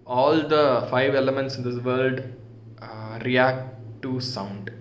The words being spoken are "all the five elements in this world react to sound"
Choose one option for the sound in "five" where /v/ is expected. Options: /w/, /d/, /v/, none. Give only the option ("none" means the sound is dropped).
/v/